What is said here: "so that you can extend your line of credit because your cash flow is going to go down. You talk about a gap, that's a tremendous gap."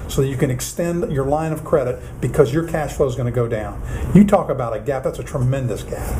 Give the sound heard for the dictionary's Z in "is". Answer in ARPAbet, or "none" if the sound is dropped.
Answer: Z